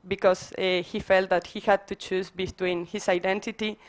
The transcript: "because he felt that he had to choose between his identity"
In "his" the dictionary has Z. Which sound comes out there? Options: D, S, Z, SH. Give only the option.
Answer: S